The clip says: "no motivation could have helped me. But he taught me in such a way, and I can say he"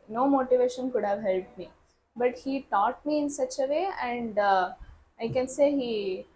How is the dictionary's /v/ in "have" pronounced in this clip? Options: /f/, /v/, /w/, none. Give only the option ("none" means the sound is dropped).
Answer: /v/